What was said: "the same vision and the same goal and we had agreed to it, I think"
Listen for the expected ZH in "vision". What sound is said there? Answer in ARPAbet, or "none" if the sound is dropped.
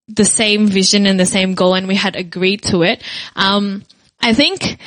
ZH